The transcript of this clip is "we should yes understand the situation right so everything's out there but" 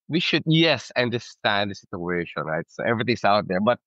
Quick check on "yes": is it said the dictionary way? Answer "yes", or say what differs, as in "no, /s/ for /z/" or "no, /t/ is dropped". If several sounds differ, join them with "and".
yes